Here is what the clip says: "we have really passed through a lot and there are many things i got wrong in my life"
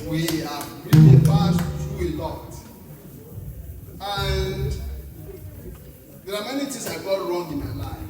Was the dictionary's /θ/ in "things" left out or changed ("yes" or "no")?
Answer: yes